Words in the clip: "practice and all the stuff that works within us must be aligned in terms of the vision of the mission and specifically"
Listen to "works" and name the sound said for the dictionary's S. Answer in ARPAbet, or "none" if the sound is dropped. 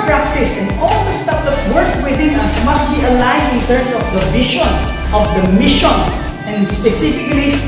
none